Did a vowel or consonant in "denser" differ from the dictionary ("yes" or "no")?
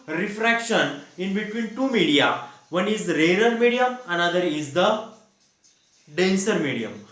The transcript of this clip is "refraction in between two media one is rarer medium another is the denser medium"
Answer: no